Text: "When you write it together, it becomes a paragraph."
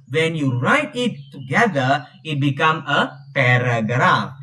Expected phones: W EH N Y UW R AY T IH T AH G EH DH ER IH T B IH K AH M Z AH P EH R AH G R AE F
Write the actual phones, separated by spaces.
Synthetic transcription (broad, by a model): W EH N Y UW R AY T IH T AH G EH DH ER IH T B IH K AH M AH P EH R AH G R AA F